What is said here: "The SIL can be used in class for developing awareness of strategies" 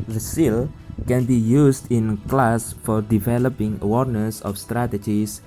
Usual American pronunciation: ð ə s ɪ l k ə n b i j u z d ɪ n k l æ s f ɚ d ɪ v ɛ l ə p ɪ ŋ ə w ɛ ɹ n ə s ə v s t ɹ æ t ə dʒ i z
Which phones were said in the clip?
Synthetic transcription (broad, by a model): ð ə s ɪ l k ə n b i j u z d ɪ n k l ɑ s f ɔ d ɪ v ɛ l ə p ɪ ŋ ə w ɛ ɹ n ə s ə f s t ɹ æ t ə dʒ i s